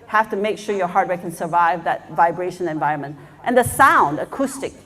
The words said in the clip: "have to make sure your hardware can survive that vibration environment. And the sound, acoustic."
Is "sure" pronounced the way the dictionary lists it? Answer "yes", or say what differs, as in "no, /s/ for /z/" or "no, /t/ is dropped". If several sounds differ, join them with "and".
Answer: yes